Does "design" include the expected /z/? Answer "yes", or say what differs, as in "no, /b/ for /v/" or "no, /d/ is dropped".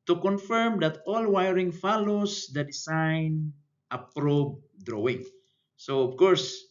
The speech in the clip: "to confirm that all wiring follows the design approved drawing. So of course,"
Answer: no, /s/ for /z/